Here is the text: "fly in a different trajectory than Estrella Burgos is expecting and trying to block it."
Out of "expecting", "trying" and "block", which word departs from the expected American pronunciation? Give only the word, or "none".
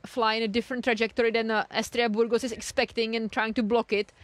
none